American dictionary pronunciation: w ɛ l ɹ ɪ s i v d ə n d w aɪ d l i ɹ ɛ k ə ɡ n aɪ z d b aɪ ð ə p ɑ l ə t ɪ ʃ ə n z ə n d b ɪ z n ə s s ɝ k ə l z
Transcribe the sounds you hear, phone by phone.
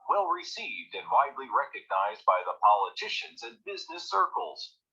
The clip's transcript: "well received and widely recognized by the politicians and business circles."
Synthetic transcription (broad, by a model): w ɛ l ɹ ɪ s i v d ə n w aɪ d l i ɹ ɛ k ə ɡ n aɪ z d b aɪ ð ə p ɑ l ə t ɪ ʃ ə n z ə n b ɪ z n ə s s ɝ k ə l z